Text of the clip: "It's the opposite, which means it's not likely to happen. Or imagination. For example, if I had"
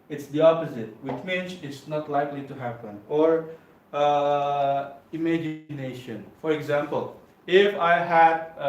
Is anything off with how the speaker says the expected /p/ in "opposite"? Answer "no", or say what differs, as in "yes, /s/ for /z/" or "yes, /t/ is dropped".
no